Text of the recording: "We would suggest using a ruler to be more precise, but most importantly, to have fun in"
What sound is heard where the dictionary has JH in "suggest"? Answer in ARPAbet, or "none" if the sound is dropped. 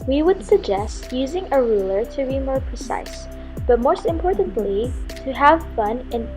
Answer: JH